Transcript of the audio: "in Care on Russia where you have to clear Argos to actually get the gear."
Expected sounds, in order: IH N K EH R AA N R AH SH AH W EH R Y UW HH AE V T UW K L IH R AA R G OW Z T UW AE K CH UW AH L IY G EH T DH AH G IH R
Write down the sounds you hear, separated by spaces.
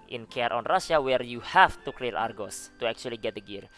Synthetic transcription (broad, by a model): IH N K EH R AA N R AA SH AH W EH R Y UW HH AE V T UW K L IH L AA R G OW S T UW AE K CH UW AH L IY G EH T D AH G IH R